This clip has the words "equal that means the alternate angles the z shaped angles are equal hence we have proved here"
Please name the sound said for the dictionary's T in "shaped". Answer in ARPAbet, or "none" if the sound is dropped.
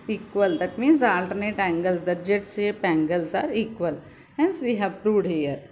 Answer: none